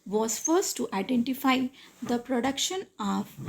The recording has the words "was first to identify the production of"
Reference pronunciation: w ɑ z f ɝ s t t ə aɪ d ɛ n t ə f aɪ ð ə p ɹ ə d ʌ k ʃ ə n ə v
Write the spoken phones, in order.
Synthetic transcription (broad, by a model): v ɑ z f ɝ s t t ə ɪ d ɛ n t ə f aɪ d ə p ɹ ə d ʌ k ʃ ə n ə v